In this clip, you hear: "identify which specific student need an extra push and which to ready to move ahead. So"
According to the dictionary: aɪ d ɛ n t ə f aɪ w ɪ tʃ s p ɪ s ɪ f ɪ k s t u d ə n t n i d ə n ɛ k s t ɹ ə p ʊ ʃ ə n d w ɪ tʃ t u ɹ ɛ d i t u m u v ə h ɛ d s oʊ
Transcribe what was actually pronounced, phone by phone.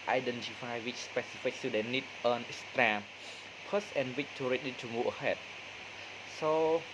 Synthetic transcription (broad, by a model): aɪ d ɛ n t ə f aɪ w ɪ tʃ s p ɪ s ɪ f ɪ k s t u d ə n n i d ə n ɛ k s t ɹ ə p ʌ s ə n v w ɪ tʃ t u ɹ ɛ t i t u m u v ə h ɛ d s oʊ